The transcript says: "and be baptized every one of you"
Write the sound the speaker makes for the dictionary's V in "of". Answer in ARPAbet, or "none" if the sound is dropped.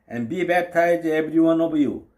B